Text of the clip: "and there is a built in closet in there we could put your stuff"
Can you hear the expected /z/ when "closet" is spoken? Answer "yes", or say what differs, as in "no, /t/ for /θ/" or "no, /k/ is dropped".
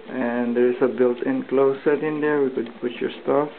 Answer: no, /s/ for /z/